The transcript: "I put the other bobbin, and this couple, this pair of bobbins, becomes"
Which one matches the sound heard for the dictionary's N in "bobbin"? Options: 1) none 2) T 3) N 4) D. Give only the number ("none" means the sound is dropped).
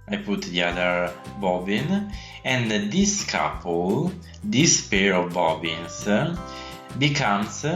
3